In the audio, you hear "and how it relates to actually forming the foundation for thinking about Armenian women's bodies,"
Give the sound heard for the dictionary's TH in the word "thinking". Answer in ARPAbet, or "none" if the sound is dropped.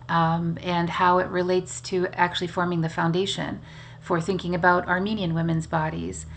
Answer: TH